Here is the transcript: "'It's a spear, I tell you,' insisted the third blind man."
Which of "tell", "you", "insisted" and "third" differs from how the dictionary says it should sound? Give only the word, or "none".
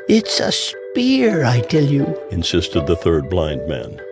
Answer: none